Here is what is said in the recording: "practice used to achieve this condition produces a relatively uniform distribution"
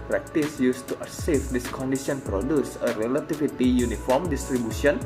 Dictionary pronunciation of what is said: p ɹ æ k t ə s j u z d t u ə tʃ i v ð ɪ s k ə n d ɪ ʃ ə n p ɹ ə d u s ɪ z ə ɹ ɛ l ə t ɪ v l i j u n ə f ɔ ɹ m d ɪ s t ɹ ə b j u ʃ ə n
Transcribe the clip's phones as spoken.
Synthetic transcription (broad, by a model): p ɹ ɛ k t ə s j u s t u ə s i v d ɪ s k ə n d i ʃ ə n p ɹ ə d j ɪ s ə ɹ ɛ l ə t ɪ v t i j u n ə f ɔ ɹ m d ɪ s t ɹ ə b j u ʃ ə n